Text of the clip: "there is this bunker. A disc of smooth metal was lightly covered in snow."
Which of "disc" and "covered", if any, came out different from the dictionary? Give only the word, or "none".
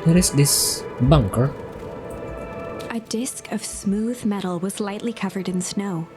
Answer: none